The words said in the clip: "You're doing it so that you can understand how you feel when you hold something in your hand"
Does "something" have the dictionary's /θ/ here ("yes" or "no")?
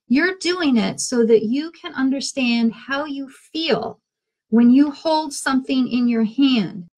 yes